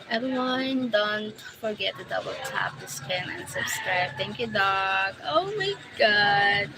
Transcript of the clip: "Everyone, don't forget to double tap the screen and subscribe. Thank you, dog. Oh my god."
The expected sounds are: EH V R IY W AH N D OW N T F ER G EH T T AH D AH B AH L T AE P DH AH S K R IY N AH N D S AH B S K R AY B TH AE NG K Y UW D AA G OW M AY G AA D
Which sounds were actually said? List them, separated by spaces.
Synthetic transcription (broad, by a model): EH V R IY W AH N D OW N T F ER G EH T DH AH D AH B AH L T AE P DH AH S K EH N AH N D S AH B S K R AY B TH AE NG K Y UW D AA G OW M AY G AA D